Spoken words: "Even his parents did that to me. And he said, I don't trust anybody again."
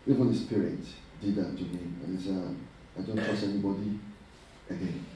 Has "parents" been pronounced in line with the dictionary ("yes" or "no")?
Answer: no